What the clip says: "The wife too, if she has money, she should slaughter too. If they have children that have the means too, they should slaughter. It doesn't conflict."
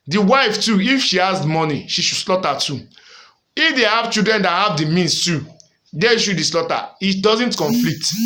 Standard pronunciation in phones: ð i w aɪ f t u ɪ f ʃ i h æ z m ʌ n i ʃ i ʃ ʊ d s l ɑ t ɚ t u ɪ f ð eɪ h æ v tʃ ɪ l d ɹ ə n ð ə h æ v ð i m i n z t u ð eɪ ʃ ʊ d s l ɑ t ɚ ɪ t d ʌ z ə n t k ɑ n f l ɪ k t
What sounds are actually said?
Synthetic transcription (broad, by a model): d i w aɪ f t u ɪ f ʃ i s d m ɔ n i ʃ i ʃ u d s l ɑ t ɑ t u ɪ f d eɪ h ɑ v tʃ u d ɹ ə n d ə h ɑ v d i m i n s t u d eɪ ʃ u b s l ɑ t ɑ ɪ t d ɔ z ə n t k ɑ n f l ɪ t